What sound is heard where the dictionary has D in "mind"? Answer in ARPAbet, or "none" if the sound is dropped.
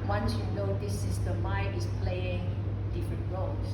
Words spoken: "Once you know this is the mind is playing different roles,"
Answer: none